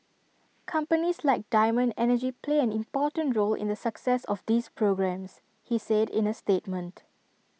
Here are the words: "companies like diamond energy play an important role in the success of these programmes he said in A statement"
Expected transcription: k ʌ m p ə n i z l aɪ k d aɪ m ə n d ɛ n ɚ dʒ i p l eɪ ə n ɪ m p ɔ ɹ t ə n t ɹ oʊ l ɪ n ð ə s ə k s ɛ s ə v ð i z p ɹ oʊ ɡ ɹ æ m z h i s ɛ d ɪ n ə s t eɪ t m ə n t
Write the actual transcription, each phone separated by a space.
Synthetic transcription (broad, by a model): k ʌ m p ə n i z l aɪ k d aɪ m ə n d ɛ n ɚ dʒ i p l eɪ ə n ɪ m p ɔ t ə n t ɹ oʊ l ɪ n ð ə s ə k s ɛ s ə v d i s p ɹ oʊ ɡ ɹ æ m s h i s ɛ d ɪ n ə s t eɪ t m ə n t